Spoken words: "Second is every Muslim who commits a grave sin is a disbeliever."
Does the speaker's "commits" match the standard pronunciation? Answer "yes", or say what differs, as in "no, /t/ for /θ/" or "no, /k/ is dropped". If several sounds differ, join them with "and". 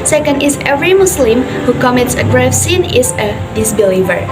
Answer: yes